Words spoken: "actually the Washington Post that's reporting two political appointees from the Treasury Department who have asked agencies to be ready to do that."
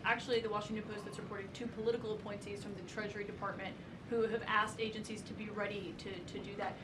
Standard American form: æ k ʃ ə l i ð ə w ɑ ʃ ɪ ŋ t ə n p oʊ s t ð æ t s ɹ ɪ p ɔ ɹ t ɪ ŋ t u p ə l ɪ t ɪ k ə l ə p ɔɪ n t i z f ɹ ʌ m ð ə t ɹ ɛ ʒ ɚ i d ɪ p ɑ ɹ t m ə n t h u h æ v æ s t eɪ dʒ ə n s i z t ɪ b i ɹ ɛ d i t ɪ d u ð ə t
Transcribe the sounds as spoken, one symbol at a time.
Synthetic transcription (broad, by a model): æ k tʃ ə l i ð ə w ɑ ʃ ɪ ŋ t ə n p oʊ s t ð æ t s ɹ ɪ p ɔ ɹ t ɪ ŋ t u p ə l ɪ t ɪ k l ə p ɔɪ n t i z f ɹ ʌ m ð ə t ɹ ɛ ʒ ɚ i d ɪ p ɑ ɹ t m ə n t h u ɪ v æ s t eɪ dʒ ə n s i z t ɪ b i ɹ ɛ d i t ɪ d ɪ ð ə t